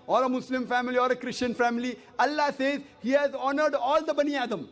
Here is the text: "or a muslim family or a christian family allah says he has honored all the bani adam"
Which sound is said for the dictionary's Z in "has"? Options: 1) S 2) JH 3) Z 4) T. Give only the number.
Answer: 3